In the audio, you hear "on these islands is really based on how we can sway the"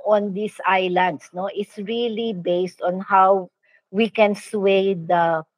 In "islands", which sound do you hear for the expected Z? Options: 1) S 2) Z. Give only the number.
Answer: 1